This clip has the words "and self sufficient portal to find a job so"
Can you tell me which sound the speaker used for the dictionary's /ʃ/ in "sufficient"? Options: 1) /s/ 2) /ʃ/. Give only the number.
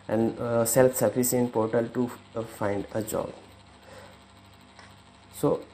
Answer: 1